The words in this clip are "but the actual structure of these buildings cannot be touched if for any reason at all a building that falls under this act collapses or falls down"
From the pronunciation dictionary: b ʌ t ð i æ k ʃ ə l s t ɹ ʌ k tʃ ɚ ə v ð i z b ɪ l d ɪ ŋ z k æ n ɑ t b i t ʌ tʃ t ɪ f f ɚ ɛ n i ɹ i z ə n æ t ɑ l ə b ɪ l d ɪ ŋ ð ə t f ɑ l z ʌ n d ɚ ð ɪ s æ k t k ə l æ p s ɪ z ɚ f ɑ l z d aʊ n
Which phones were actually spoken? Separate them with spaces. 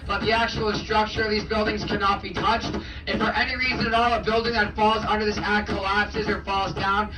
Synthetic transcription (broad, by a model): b ʌ t ð i æ k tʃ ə l s t ɹ ʌ k tʃ ɚ ə v ð i z b ɪ l d ɪ ŋ z k æ n ɑ t b i t ʌ tʃ t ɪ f f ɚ ɛ n i ɹ i z ə n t ɑ l ə b ɪ l d ɪ ŋ ð ə t f ɑ l z ʌ n d ɚ ð ɪ s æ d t k ə l æ p s ɪ z ɚ f ɑ l z d aʊ n